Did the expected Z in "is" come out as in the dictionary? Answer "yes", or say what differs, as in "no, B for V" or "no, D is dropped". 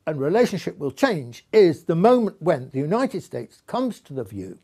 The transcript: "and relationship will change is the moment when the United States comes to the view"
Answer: yes